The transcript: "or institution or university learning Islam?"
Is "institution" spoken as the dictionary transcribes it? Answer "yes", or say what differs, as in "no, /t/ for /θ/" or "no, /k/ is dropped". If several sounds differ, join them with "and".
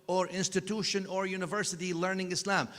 yes